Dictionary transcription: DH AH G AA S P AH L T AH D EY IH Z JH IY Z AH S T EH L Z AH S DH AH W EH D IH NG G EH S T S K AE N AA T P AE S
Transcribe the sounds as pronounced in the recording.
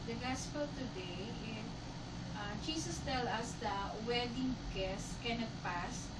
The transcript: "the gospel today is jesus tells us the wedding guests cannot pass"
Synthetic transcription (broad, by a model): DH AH G AA S P AH L T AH D EY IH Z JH IY S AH S T EH L AH S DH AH W EH D IH NG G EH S S K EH N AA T P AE S